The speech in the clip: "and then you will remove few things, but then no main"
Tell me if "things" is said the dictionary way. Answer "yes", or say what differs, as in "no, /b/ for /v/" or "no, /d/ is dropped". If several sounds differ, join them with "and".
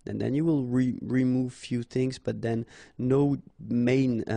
yes